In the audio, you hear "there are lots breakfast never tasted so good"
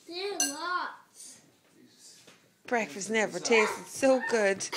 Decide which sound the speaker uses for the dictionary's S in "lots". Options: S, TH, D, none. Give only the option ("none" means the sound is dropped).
none